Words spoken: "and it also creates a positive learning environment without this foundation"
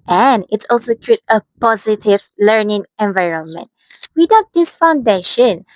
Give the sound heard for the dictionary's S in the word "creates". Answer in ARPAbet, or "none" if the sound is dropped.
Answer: none